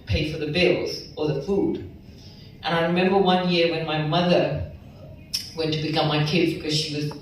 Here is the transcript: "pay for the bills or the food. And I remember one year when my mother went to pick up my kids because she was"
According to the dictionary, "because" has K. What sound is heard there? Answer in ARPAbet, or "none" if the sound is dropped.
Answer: K